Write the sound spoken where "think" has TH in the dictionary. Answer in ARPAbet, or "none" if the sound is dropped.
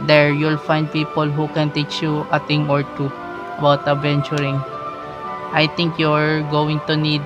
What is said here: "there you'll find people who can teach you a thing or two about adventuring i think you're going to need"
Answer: T